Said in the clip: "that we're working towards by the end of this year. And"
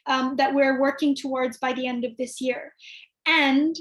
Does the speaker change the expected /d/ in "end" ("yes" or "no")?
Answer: no